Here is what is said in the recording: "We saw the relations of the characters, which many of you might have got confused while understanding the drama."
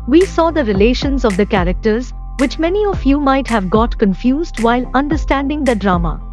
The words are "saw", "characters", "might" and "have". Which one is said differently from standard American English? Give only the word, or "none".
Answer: none